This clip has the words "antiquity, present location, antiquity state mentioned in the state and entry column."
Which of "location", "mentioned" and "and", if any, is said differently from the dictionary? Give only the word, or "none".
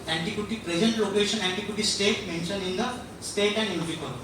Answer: mentioned